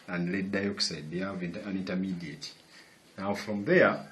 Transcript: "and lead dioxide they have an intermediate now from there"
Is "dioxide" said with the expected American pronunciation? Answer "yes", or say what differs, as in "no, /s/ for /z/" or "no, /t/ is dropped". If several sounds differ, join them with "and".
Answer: yes